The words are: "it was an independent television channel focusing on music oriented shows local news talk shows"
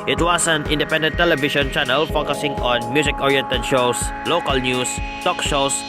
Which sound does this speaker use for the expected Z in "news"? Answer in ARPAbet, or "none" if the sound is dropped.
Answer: S